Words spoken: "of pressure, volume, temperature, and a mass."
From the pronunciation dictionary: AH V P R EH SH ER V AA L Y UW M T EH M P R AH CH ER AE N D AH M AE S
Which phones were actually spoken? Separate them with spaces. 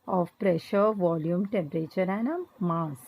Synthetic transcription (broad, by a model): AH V P R EH SH ER V AA L Y UW M T EH M P R AH CH ER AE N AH M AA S